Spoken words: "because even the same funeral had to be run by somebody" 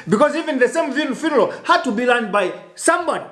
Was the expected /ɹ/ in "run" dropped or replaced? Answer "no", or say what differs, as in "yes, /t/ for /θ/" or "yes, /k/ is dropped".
yes, /l/ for /ɹ/